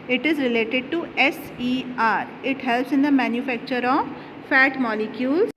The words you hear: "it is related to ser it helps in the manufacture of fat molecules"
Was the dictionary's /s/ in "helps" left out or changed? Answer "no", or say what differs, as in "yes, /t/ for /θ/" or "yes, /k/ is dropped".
no